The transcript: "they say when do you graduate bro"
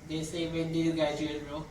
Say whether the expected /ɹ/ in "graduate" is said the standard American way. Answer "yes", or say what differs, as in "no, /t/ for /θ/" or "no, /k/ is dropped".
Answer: no, /ɹ/ is dropped